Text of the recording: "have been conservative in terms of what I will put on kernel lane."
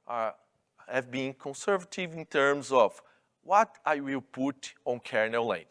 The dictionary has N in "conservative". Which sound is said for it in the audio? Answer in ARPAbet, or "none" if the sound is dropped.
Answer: N